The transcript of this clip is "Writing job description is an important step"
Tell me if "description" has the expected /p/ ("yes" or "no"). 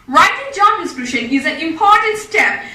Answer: no